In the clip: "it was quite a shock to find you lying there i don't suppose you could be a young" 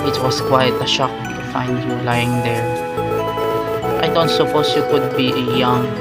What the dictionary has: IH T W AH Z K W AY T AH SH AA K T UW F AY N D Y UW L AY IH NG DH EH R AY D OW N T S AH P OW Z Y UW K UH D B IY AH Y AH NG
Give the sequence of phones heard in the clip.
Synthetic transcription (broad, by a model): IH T W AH S K W AY T AH SH AA K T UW F AY N D Y UW L AY IH NG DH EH R AY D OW N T S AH P OW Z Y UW K UH D B IY AH Y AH NG